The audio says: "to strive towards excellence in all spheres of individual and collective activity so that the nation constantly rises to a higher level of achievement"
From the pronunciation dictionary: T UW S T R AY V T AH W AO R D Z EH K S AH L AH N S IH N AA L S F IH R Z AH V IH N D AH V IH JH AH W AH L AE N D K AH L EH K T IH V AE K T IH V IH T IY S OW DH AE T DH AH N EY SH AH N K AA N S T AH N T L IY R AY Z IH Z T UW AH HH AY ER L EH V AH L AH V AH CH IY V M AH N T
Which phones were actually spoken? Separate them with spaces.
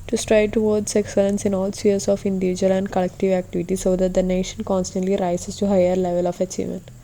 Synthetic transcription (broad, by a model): T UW S T R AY T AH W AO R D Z EH K S AH L AH N S IH N AA L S IH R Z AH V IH N D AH V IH JH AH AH L AE N D K AH L EH K T IH V AE K T IH V IH T IY S OW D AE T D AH N EY SH AH N K AA N S T AH N T L IY R AY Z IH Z T UW HH AY ER L EH V AH L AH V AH CH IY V M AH N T